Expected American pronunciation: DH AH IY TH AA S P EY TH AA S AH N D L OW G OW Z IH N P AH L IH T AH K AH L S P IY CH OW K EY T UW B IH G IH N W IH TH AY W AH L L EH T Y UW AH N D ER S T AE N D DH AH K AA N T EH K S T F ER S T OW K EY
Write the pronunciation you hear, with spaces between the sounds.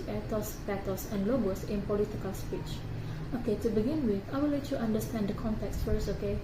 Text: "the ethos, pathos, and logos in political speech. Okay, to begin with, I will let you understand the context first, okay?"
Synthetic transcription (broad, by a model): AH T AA S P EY T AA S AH N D L OW G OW S IH N P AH L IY T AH K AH L S P IY CH OW K EY T UW B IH G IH N W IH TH AY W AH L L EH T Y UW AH N D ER S T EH N D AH K AA N T EH K S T F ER S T OW K EY